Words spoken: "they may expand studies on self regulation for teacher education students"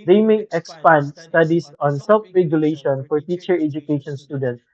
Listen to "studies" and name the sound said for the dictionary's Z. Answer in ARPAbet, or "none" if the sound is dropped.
S